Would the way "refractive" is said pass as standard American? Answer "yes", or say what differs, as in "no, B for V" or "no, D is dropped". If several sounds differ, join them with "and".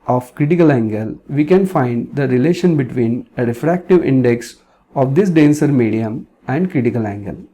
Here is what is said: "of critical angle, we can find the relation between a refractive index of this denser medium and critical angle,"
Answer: yes